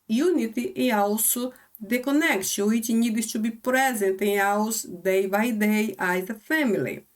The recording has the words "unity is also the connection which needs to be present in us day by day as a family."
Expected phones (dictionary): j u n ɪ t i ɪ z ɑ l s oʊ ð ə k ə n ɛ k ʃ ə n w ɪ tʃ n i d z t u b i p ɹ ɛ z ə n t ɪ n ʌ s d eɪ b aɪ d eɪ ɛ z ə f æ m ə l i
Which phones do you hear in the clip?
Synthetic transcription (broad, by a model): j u n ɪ t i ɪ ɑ w s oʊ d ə k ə n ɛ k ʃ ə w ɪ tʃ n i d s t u b i p ɹ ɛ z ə n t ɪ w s d eɪ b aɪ d eɪ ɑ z ə f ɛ m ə l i